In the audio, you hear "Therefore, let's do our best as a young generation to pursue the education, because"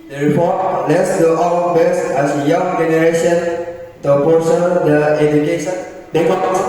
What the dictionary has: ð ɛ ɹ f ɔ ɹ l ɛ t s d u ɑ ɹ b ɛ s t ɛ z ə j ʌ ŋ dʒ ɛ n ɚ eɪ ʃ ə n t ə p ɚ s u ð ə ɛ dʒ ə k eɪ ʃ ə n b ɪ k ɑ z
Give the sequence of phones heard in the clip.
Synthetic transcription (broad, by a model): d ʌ ɹ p ɔ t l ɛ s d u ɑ l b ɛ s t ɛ s ə j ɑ ŋ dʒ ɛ n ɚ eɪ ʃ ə n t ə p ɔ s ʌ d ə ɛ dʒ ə k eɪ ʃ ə n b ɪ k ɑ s